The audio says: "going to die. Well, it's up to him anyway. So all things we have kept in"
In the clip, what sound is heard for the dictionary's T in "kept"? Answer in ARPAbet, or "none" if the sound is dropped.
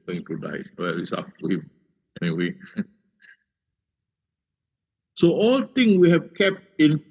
T